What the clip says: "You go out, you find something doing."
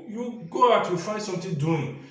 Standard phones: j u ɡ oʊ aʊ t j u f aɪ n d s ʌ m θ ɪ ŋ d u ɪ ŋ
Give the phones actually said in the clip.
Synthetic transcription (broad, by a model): j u ɡ oʊ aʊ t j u f aɪ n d s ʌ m t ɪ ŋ d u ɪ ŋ